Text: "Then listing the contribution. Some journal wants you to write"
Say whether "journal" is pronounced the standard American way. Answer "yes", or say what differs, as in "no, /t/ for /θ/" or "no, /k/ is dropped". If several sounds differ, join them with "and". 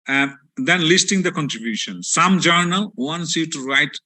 yes